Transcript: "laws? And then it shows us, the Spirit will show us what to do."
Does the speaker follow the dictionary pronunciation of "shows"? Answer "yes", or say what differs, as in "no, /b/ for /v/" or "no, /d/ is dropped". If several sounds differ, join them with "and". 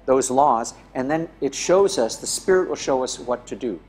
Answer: yes